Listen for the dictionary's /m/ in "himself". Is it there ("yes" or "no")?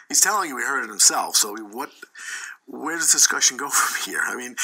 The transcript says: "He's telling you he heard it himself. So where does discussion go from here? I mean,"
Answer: yes